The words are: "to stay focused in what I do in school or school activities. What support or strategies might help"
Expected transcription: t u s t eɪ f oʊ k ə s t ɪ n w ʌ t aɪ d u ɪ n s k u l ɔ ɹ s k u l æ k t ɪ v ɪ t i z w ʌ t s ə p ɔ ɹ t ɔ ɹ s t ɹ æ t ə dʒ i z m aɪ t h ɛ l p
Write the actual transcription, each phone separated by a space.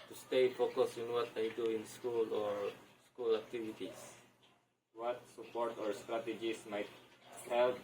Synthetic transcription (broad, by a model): t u s t eɪ f oʊ k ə s ɪ n w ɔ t aɪ d u ɪ n s k u l ɔ ɹ s k u l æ k t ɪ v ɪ t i s w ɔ t s ə p ɔ ɹ t ɔ ɹ s t ɹ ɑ t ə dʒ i s m aɪ t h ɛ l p